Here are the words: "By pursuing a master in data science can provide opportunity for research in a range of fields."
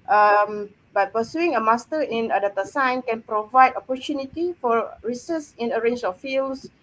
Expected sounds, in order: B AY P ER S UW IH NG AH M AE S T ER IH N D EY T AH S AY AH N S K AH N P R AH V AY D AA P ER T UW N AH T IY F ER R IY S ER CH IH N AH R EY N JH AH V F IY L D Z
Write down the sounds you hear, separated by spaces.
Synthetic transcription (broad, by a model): B AY P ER S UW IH NG AH M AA S T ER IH N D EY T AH S AY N K AH N P R AH V AY D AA P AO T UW N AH T IY F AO R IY S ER S IH N AH R EY N JH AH F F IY L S